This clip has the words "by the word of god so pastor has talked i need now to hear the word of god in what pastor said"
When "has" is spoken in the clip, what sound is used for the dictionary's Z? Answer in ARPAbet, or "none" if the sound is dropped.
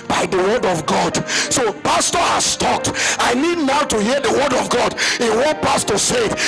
S